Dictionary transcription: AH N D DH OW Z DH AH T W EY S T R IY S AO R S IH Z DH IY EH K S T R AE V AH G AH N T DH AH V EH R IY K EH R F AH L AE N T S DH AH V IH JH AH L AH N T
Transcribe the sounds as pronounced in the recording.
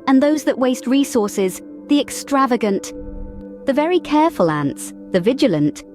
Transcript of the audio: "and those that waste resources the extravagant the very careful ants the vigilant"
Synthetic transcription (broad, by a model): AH N DH OW Z DH AH T W EY S T R IY S AO R S IH Z DH IY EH K S T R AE V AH G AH N T DH AH V EH R IY K EH R F AH L AE N T S DH AH V IH JH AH L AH N T